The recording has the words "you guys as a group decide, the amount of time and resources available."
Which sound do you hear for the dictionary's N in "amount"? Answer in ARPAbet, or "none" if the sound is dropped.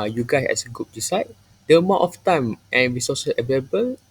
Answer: none